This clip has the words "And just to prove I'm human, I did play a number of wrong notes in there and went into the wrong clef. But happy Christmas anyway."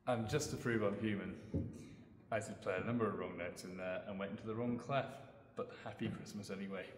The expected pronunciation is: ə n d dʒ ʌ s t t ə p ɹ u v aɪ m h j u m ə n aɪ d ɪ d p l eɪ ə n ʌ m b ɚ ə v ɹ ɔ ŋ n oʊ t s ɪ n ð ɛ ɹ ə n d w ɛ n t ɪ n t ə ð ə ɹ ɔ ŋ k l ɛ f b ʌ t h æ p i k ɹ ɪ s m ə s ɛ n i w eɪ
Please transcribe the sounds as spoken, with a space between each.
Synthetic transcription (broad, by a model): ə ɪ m dʒ ʌ s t t ə p ɹ u v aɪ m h j u m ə n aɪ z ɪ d p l eɪ ə n ʌ m b ɚ ə v ɹ ɔ ŋ n oʊ t s ɪ n ð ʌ ɹ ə n w ɛ n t ɪ n t ə ð ə ɹ ɔ ŋ k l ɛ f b ʌ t h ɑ p i k ɹ ɪ s m ə s ɛ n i w eɪ